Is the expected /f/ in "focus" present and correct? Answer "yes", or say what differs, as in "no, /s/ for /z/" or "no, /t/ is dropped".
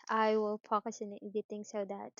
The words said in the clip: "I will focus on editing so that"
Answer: no, /p/ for /f/